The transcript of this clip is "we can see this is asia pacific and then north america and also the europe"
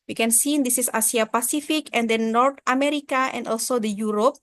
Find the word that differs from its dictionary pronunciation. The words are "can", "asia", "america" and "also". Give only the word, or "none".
asia